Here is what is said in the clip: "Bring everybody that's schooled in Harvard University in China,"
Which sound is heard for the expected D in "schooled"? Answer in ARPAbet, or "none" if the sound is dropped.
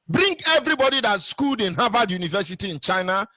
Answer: D